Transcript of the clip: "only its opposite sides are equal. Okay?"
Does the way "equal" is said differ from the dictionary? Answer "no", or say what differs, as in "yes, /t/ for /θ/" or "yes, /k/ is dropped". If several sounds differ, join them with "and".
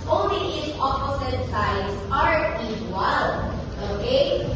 yes, /k/ is dropped